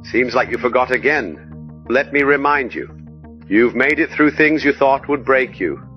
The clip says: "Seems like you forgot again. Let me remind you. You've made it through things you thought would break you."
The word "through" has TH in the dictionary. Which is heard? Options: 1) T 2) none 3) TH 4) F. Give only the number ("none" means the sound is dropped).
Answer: 3